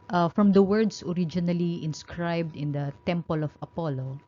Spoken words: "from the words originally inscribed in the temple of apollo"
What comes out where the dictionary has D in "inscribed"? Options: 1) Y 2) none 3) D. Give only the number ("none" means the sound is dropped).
3